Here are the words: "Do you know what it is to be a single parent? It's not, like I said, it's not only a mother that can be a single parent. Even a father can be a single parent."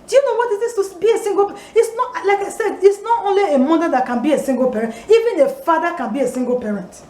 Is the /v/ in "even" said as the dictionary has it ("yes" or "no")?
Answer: yes